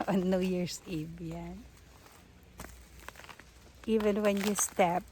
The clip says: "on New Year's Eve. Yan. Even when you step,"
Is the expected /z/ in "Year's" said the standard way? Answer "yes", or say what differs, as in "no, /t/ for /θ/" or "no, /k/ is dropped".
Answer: no, /s/ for /z/